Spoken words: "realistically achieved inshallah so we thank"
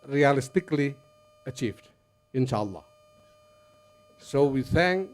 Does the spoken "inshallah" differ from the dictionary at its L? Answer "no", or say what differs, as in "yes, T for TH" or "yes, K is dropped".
no